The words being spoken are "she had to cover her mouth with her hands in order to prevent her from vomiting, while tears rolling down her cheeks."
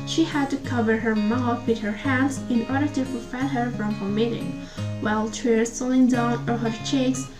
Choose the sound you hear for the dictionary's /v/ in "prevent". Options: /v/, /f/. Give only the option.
/f/